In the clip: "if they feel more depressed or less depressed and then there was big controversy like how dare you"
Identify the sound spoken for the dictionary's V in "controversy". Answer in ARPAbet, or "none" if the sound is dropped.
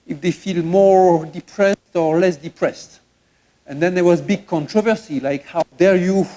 V